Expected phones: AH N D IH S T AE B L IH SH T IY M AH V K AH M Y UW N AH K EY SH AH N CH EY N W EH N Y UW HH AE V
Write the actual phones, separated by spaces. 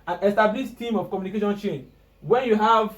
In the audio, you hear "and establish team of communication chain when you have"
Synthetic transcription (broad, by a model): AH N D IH S T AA B L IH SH T IY M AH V K AH M Y UW N AH K EY SH AH N CH EY N W EH N Y UW HH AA V